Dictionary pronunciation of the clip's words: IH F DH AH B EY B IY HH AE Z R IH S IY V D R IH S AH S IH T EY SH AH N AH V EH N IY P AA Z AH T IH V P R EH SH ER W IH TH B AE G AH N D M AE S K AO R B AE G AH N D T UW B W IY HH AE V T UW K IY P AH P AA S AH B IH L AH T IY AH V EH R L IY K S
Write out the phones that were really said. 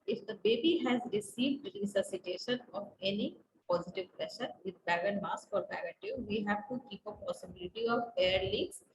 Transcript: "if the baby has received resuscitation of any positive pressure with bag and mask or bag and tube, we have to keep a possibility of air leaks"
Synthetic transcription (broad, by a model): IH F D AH B EY B IY HH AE Z R IH S IY V D R IH S AH S IH T EY SH AH N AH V EH N IY P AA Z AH T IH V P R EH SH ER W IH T B AE G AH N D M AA S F AO R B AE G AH T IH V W IY HH AE V T UW K IY P AH P AA S AH B IH L AH T IY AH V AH R L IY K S